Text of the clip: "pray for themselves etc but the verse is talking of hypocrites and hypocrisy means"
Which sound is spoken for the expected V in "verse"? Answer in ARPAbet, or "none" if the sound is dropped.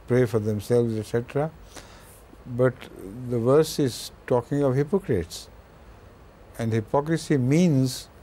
V